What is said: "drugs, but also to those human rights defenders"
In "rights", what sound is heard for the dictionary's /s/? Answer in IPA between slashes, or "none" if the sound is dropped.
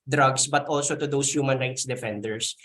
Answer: /s/